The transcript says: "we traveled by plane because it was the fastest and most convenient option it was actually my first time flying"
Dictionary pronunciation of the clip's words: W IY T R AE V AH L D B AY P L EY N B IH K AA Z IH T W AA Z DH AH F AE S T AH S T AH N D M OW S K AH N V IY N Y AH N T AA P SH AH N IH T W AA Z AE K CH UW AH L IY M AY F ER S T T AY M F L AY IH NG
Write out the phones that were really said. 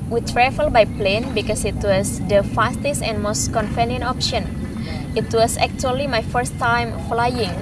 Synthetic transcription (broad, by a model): W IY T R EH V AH L B AY P L EY N B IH K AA S IH T W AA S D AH F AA S T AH S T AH N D M OW S K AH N F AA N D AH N AA P SH AH N IH T W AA S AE K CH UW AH L IY M AY F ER S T T AY M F L AY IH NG